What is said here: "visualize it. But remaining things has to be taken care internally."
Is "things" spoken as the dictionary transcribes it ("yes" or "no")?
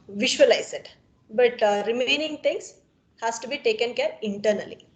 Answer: no